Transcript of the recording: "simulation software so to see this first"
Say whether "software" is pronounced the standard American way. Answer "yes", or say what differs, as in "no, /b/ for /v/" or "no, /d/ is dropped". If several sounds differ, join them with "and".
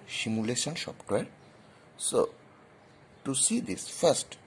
no, /p/ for /f/